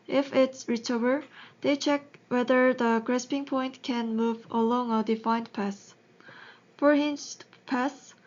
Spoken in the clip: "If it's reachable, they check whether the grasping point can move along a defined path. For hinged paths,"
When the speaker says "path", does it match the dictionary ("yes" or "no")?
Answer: no